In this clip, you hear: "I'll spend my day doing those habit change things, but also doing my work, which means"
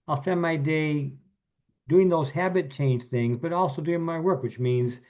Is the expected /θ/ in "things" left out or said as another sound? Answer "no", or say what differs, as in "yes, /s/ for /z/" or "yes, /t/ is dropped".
no